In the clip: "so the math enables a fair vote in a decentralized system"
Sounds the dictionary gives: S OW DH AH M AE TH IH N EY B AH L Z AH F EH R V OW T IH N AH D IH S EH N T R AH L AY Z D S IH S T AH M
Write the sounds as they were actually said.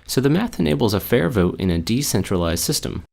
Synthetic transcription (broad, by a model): S OW DH AH M AE TH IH N EY B L Z AH F EH R V OW T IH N AH D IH S EH N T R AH L AY Z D S IH S T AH M